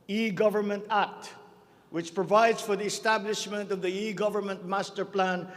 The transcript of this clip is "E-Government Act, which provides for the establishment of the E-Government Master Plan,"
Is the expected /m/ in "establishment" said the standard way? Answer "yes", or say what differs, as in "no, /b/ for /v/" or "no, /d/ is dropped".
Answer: yes